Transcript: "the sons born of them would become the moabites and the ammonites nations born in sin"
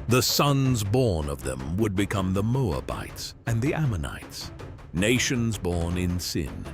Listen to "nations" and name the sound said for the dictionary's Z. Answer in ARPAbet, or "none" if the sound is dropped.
Z